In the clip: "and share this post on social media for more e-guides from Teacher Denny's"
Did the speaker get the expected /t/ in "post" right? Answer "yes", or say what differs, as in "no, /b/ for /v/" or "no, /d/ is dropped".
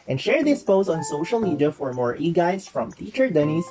no, /t/ is dropped